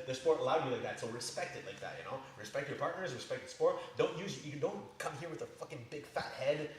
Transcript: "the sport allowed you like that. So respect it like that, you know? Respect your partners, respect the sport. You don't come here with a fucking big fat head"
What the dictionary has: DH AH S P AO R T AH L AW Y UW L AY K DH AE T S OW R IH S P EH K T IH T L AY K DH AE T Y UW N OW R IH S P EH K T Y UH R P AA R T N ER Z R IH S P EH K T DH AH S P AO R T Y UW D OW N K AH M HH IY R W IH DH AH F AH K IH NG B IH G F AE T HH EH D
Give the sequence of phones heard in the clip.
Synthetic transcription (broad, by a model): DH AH S P AO R T AH L AW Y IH L AY K DH AE T S OW R IH S P EH K T IH T L AY K DH AE T Y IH N OW R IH S P EH K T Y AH R P AA R T N ER Z R IH S P EH K T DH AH S P AO R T Y UW D OW N K AH M HH IY R W IH DH AH F AH K IH NG B IH G F AE T HH EH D